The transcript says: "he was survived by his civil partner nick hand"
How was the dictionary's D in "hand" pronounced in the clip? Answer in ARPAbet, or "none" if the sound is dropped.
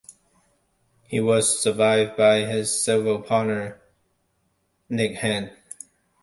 none